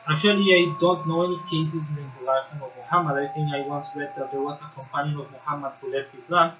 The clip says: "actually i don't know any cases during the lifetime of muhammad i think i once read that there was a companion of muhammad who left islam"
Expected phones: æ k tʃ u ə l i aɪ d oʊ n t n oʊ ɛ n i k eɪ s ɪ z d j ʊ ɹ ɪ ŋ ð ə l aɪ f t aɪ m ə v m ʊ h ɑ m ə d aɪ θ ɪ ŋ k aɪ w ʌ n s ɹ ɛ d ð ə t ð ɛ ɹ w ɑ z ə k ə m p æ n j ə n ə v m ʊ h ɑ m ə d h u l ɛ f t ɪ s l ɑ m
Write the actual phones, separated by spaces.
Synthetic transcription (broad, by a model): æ k tʃ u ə l i aɪ d oʊ n t n oʊ ɛ n i k eɪ s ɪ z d j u ɹ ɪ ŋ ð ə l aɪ t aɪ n ə v m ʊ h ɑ m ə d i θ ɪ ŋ aɪ w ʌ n s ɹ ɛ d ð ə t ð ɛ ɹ w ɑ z ə k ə m p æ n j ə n ə v m ʊ h ɑ m ə d h u l ɛ f t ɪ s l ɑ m